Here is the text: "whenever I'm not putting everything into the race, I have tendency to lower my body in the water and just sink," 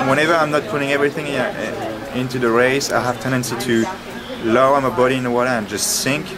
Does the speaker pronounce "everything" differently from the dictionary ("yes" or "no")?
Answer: no